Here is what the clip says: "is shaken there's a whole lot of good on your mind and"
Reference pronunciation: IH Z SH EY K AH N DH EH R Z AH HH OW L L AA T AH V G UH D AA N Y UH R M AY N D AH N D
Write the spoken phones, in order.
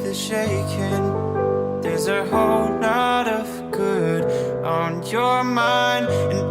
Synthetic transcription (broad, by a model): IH SH EY K AH N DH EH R Z AH HH OW L N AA T AH V G UH D N Y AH R M AY N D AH N